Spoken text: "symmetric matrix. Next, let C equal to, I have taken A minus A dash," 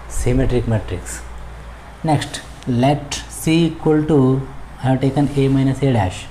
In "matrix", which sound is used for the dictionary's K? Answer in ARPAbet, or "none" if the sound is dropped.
K